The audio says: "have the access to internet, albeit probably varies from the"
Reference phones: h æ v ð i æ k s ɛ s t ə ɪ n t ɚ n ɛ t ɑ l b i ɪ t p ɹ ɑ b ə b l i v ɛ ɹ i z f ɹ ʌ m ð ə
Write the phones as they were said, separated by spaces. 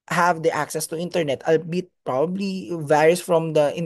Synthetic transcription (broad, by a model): h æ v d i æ k s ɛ s t ə ɪ n t ɚ n ɛ t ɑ l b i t p ɹ ɑ b ə b l i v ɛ ɹ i s f ɹ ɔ m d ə